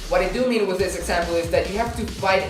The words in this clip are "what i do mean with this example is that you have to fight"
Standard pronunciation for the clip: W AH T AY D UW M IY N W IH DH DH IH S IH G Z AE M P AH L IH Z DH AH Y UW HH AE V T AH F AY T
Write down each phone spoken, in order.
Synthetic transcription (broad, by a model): W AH T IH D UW M IY N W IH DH DH IH S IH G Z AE M P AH L IH Z DH AH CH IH HH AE F T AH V AY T